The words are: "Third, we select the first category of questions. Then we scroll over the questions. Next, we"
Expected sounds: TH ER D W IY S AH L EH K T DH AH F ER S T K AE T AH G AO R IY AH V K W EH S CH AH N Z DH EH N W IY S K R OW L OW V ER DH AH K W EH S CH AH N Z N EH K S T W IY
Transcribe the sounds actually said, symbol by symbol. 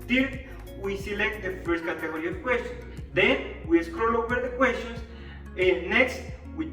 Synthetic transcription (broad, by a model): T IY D W IY S AH L EH K T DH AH F ER S T K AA T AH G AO R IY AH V K W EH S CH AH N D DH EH N W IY S K R OW L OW W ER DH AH K W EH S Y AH N S N EH K S T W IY